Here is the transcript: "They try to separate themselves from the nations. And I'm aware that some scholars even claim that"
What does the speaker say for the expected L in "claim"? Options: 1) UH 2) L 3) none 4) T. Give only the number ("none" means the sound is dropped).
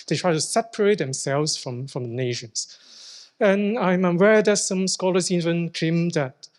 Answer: 3